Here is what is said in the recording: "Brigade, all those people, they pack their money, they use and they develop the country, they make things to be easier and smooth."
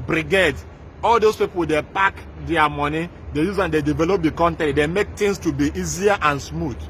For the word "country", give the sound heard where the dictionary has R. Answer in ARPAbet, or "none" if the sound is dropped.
none